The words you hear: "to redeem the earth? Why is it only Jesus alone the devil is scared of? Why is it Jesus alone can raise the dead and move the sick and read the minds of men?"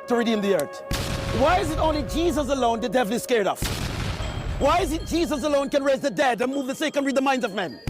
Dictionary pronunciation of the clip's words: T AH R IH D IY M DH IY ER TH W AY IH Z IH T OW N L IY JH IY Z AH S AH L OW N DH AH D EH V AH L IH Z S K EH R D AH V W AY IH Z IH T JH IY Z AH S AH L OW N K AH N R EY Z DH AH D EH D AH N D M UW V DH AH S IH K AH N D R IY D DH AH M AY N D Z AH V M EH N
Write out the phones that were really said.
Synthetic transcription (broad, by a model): T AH R IH D IY M DH IY ER TH W AY IH Z IH T OW N L IY JH IY Z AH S AH L OW N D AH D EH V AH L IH S K EH R D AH F W AY IH Z IH T JH IY Z AH S AH L OW N K AH N R EY Z DH AH D EH D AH N M UW V DH AH S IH K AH N R IY D DH AH M AY N D Z AH V M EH N